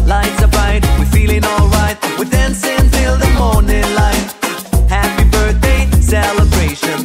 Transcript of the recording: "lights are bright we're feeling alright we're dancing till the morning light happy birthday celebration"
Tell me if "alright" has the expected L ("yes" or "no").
yes